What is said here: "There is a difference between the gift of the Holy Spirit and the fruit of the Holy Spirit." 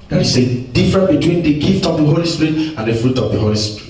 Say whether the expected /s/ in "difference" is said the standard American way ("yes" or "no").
no